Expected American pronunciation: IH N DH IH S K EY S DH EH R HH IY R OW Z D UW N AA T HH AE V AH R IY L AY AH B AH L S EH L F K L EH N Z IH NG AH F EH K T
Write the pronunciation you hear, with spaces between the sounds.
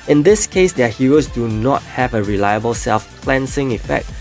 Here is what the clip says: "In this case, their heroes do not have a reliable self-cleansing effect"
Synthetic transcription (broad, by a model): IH N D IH S K EY S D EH HH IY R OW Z D UW N AA T HH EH V AH R IY L AY AH B AH L S EH L F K L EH N S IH NG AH F EH K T